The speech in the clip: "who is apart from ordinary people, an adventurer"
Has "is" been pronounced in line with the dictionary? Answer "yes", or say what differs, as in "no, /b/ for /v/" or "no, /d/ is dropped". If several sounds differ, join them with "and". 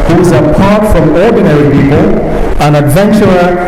yes